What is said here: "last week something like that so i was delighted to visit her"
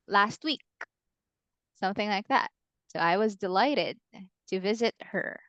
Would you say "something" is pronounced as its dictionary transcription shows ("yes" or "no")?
yes